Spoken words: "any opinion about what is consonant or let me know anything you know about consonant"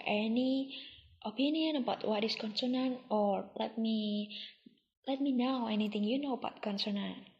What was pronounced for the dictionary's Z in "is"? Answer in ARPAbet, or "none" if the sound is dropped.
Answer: S